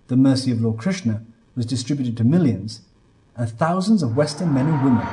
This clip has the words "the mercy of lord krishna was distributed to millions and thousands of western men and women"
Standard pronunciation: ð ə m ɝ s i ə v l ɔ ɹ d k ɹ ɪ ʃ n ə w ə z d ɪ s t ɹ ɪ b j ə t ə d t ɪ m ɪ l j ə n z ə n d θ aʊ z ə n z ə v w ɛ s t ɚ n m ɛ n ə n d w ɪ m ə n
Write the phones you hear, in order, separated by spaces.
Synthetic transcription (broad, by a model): ð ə m ɝ s i ə v l ɔ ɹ d k ɹ ɪ ʃ n ə w ə z d ɪ s t ɹ ɪ b j ə t ə d t ɪ m ɪ l j ə n z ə n θ aʊ z ə n z ə v w ɛ s t ɚ n m ɛ n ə n w ɪ m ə n